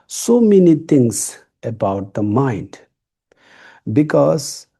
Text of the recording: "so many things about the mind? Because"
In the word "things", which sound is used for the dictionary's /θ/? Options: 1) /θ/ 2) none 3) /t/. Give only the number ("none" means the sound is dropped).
3